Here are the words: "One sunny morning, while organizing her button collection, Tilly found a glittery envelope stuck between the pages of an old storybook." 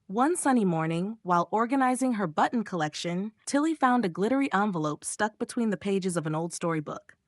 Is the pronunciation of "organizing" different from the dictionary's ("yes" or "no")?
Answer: no